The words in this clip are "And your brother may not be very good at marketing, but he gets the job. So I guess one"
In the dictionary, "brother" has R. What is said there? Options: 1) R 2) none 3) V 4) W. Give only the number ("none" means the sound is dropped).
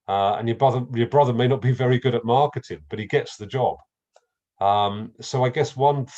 1